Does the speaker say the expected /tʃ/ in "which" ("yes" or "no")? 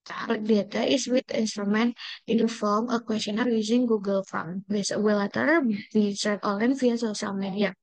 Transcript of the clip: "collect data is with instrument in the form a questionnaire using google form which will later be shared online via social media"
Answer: no